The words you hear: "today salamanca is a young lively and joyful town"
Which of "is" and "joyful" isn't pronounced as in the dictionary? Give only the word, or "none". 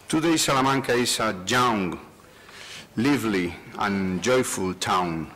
is